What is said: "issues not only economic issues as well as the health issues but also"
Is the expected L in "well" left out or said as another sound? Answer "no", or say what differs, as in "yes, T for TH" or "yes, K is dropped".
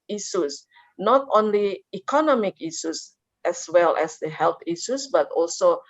no